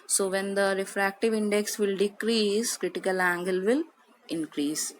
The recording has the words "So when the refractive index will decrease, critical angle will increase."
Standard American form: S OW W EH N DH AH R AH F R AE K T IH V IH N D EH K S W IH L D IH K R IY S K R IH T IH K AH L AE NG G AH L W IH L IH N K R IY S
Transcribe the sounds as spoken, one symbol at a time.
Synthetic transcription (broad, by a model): S OW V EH N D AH R AH F R AE K T IH V IH N D EH K S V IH L D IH K R IY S K R IH T IH K AH L AE NG G AH L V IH L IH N K R IY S